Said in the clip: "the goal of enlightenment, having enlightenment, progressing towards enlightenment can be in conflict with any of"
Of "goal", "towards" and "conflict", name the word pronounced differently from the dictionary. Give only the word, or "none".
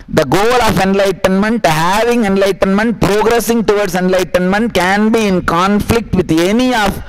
towards